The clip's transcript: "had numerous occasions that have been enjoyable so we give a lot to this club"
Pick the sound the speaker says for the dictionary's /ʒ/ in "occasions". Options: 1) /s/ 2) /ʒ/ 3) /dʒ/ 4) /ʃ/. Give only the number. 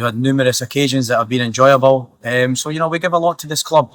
2